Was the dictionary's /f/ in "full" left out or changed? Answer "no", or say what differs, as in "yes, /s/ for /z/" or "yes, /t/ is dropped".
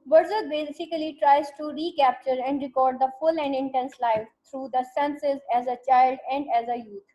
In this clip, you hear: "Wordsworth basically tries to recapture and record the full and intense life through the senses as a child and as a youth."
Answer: no